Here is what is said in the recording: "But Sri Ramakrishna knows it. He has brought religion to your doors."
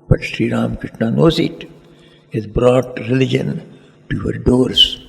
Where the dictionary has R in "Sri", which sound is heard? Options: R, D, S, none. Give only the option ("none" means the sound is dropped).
R